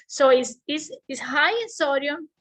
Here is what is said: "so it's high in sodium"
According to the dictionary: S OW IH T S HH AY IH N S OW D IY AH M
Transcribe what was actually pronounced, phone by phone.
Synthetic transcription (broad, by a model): S OW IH S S HH AY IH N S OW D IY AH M